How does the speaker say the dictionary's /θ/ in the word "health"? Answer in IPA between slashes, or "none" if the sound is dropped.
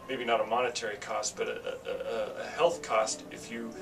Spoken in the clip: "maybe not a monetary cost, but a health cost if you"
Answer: /θ/